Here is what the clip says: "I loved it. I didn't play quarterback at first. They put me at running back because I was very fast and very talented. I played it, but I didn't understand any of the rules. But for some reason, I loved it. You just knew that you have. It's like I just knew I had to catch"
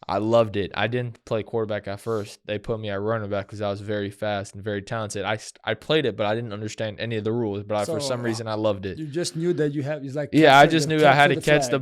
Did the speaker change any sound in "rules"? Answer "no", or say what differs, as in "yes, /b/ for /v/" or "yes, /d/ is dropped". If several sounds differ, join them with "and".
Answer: no